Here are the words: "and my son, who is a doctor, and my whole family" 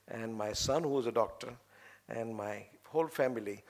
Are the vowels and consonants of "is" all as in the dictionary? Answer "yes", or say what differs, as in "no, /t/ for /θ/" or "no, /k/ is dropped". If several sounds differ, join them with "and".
yes